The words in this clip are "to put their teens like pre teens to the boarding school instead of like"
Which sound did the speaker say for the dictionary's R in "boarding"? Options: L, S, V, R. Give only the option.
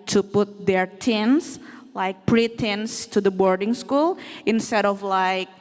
R